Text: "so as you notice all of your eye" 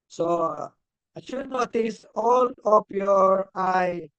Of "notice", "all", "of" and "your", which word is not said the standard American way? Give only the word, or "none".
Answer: of